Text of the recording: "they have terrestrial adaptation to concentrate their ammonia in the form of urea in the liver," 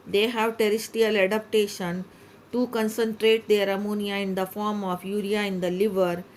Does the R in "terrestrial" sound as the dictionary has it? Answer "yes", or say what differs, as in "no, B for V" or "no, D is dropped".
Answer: no, R is dropped